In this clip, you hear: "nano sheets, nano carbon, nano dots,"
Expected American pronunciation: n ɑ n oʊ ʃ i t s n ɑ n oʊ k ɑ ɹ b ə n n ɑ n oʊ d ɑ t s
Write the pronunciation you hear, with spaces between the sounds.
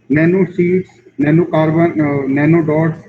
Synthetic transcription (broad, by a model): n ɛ n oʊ s i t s n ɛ n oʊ k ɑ ɹ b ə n n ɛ n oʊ d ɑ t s